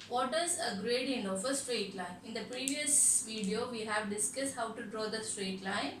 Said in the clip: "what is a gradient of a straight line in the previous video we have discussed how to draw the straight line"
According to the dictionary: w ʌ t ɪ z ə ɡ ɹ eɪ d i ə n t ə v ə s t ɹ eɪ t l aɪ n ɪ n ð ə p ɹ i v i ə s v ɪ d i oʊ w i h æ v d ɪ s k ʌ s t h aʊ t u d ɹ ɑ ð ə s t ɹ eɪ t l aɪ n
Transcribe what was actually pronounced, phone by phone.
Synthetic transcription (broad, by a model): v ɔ t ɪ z ə ɡ ɹ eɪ d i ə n ə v ə s t ɹ eɪ t l aɪ n ɪ n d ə p ɹ i v i ə s v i d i oʊ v i h æ v d ɪ s k ʌ s t h aʊ t u d ɹ ɑ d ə s t ɹ eɪ t l aɪ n